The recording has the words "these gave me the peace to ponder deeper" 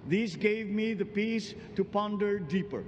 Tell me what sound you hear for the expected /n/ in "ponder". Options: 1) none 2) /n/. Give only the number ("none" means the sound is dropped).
2